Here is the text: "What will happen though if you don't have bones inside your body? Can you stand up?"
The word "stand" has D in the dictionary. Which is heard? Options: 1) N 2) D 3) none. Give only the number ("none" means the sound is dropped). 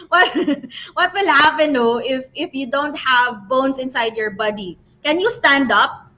2